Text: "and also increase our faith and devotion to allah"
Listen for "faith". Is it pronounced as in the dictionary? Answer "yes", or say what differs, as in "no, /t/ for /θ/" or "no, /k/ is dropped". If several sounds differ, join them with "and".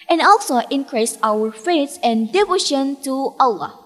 no, /s/ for /θ/